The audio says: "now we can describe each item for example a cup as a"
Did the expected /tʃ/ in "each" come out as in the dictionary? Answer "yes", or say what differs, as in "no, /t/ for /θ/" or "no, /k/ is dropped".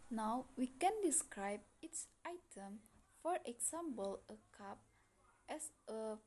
no, /s/ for /tʃ/